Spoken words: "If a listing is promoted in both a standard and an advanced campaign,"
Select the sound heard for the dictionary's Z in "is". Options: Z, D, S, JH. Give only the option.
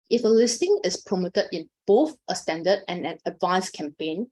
S